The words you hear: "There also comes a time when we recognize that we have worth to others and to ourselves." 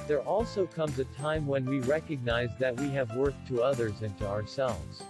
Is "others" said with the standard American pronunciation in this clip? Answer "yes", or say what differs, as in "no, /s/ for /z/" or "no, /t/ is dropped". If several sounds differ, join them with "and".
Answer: yes